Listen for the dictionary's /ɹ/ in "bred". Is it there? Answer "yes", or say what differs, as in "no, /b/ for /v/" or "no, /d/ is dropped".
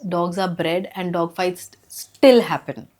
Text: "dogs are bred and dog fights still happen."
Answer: yes